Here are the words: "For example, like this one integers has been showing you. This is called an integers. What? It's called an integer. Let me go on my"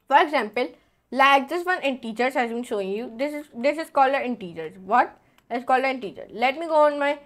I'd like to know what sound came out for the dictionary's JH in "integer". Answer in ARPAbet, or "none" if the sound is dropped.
CH